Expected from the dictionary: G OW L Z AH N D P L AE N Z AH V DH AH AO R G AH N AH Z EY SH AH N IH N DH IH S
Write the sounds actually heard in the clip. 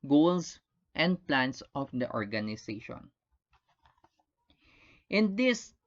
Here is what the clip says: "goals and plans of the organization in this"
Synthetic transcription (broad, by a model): G OW L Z AH N D P L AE N S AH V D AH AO R G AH N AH S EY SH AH N IH N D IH S